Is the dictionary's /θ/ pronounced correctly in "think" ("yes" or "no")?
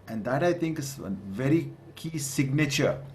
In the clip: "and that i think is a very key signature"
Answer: no